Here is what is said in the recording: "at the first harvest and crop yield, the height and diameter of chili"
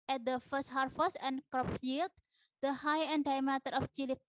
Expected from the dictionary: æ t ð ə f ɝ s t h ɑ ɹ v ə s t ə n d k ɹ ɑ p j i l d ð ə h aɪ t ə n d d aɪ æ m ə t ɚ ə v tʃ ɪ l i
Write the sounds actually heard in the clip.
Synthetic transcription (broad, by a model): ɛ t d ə f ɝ s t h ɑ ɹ f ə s ə n k ɹ ɑ p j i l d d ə h aɪ ə n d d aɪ m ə t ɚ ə f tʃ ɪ l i